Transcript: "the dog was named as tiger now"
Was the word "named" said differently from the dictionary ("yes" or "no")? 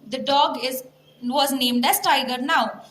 no